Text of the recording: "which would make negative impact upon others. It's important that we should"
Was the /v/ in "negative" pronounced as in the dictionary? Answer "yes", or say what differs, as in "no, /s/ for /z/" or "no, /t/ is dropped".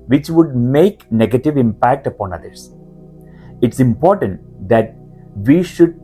yes